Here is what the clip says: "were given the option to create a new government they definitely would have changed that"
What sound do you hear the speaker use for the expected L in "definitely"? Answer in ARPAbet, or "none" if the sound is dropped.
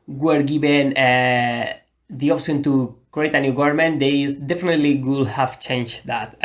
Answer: L